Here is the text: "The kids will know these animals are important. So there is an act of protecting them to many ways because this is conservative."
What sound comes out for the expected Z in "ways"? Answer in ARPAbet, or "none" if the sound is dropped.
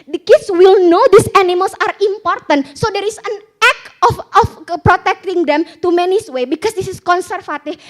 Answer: none